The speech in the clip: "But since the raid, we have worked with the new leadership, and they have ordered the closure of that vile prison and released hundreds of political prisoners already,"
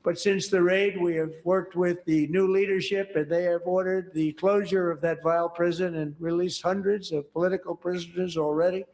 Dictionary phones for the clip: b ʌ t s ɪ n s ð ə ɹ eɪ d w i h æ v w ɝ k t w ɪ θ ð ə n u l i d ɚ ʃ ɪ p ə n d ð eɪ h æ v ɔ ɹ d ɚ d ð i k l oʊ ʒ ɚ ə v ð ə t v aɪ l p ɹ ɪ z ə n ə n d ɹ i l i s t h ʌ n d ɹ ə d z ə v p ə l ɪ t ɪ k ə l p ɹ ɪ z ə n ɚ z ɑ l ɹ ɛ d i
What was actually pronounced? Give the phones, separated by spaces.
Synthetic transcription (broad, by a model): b ʌ t s ɪ n s ð ə ɹ eɪ d w i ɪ v w ɝ k t w ɪ ð ə n u l i d ɚ ʃ ɪ p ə n ð eɪ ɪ v ɔ ɹ d ɚ d ð i k l oʊ ʒ ɚ ə v ð ə t v aɪ l p ɹ ɪ z ə n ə n ɹ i l i s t h ʌ n d ɹ ə d z ə v p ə l ɪ t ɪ k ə l p ɹ ɪ z ə n ɚ z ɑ l ɹ ɛ d i